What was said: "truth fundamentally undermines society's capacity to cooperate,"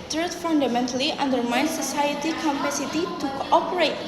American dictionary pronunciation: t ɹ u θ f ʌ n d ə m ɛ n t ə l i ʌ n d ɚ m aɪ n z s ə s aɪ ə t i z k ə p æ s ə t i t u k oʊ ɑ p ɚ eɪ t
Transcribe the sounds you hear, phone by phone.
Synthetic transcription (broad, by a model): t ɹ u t f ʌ n d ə m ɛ n t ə l i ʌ n d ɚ m aɪ n s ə s aɪ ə t i k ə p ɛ s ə t i t u k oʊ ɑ p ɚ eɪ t